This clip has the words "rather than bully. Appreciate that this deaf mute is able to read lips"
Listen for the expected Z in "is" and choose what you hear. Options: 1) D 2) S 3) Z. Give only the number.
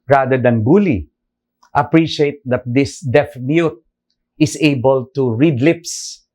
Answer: 2